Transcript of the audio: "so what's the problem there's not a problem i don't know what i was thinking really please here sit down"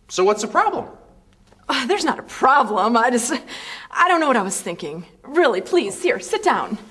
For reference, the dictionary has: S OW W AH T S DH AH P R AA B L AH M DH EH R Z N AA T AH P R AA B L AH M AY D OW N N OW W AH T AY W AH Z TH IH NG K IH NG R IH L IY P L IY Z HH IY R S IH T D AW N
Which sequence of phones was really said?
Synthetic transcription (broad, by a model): S OW W AH T S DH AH P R AA B L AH M DH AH R Z N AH T AH P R AA B L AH M AY D OW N N OW W AH T AY W AH Z TH IH NG K IH NG R IH L IY P L IY Z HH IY R S IH T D AW N